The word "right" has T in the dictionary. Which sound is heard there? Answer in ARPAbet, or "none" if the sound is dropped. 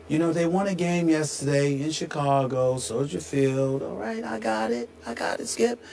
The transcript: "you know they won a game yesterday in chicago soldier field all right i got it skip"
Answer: T